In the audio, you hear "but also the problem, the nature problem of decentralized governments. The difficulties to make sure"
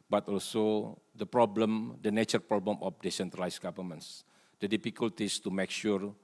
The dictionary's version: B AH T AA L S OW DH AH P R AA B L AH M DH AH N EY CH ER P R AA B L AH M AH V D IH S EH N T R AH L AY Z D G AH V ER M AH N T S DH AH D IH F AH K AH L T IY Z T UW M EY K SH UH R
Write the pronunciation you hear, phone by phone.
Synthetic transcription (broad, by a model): B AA T AA L S OW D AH P R AA B L AH M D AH N EY CH ER P R AA B L AH M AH F D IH S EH N T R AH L AY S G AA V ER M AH N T S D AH D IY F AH K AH L T IY S T UW M EY K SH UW R